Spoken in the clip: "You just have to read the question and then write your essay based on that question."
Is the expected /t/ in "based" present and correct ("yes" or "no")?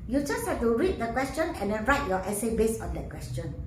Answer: no